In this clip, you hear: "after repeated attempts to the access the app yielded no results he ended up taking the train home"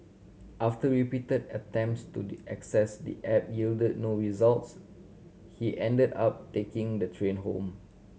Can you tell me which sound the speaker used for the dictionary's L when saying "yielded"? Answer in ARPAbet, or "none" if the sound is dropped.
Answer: L